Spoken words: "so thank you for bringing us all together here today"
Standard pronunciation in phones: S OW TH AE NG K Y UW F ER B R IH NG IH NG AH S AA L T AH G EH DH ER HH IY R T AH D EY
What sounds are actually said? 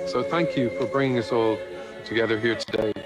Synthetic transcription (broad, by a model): S OW TH AE NG K Y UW F ER B R IH NG IH NG AH S AA L T AH G EH DH ER HH IY R T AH D EY